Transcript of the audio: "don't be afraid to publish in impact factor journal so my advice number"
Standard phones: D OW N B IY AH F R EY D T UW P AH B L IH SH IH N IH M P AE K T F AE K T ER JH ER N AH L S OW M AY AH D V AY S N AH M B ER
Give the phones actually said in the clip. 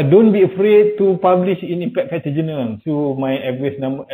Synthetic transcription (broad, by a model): D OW N B IY AH F R EY D T UW P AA B L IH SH IH N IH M P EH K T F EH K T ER JH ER N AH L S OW M AY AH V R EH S N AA M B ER